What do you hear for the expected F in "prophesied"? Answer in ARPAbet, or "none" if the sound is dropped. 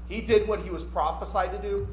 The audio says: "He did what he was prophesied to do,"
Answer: F